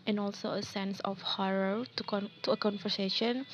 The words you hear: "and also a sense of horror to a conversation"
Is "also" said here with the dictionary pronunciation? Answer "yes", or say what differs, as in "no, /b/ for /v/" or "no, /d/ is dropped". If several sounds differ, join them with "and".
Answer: yes